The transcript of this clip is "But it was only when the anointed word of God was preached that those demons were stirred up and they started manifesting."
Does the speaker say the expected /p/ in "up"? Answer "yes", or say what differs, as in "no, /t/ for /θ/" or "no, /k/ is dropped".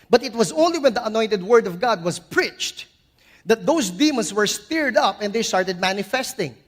yes